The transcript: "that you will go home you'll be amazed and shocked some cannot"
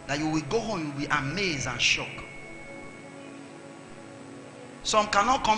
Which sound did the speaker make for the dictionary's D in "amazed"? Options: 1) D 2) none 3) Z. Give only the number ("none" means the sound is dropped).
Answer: 2